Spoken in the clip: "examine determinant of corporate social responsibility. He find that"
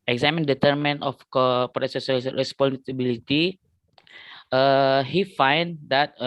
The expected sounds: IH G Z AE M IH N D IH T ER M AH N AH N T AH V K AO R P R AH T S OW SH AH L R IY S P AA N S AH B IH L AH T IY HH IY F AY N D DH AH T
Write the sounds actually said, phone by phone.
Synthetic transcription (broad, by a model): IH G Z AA M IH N D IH T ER M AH N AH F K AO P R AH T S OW S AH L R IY S P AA N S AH B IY L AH T IY HH IY F AY N D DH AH T